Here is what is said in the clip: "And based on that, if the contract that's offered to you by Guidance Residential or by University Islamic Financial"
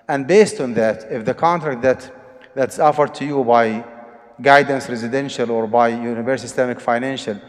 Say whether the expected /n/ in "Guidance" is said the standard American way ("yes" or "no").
yes